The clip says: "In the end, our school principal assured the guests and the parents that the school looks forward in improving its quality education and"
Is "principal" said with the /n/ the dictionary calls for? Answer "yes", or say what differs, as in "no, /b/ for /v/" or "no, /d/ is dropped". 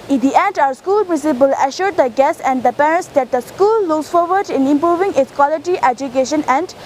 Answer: no, /n/ is dropped